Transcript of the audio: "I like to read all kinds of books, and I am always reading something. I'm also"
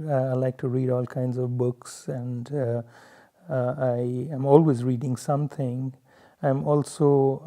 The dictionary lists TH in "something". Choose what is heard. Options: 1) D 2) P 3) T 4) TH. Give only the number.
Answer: 3